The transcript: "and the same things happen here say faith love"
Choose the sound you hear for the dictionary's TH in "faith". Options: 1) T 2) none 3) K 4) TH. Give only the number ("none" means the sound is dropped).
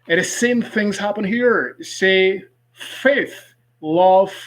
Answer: 4